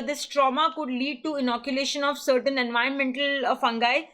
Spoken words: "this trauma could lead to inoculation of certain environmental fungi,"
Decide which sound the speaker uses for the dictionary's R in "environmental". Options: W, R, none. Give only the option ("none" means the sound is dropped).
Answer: none